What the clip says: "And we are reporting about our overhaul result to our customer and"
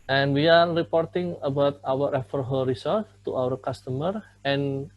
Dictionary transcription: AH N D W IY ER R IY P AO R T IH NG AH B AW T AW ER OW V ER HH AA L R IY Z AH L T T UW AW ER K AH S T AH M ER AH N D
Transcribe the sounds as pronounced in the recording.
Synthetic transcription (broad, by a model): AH N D W IY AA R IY P AO R T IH NG AH B AW T AW ER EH F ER HH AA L R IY S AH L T T UW AW ER K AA S T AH M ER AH N